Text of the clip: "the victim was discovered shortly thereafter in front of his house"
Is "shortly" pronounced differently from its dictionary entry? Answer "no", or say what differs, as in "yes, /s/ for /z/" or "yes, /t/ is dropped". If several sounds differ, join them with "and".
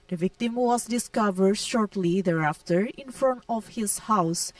no